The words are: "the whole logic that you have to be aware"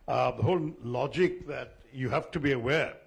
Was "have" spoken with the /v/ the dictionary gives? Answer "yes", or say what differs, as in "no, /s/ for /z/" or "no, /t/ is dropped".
no, /f/ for /v/